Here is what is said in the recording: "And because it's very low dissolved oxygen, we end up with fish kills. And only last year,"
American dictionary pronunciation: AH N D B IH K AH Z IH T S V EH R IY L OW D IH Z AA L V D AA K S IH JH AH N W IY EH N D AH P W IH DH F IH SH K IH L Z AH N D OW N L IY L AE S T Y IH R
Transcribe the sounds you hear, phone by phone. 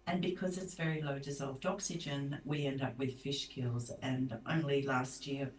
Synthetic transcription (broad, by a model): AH N B IH K AH Z IH T S V EH R IY L OW D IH Z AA L V D AA K S IH JH AH N W IY EH N D AH P W IH DH F IH SH K IH L Z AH N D OW N L IY L AE S T Y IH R